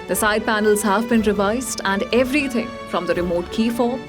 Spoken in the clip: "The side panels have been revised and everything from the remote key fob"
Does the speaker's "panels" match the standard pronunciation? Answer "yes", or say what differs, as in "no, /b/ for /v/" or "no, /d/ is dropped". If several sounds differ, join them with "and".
yes